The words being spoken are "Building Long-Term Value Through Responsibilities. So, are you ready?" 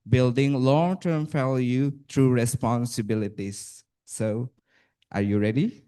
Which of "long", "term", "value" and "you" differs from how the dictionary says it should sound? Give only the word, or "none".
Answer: value